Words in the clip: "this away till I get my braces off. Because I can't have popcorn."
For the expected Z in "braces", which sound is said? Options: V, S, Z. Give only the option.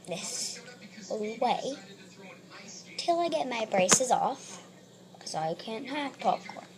Z